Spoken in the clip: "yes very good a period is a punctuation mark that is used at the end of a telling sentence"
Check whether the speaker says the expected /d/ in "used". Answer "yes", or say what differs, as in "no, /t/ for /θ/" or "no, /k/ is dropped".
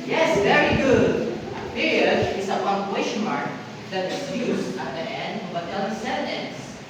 no, /d/ is dropped